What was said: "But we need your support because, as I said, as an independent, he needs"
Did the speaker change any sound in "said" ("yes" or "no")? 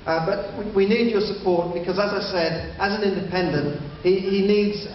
no